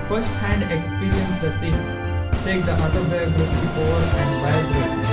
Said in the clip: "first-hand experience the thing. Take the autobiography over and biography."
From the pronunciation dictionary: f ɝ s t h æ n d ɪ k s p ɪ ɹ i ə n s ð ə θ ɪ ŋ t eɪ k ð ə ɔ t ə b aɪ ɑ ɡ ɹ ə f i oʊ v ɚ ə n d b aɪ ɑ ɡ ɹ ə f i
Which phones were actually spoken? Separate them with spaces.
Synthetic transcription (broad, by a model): f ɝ s t h æ n d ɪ k s p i ɹ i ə n s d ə t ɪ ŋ t eɪ k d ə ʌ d ə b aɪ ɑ ɡ ɹ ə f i oʊ v ɚ ə n d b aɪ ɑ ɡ ɹ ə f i